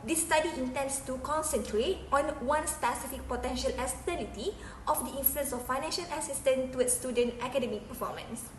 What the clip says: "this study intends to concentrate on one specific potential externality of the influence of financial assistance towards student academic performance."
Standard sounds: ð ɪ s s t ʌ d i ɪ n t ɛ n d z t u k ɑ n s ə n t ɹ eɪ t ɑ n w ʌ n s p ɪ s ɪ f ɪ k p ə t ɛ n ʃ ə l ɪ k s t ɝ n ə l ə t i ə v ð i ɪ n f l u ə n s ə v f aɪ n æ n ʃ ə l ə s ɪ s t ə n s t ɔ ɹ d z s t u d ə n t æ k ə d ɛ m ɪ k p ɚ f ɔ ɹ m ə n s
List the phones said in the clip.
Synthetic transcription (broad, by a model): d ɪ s s t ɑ d i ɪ n t ɛ n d s t u k ɑ n s ə n t ɹ eɪ t ɑ n w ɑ n s p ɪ s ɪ f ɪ k p ə t ɛ n ʃ ə l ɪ s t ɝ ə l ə t i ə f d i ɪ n f l u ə n s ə f aɪ n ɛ n ʃ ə l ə s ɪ s t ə n t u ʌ s t u d ə n t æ k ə d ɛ m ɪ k p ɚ f ɔ m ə n s